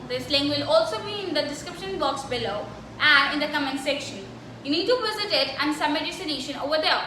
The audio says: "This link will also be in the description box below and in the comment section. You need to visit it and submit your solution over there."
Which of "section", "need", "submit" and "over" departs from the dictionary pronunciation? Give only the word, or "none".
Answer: submit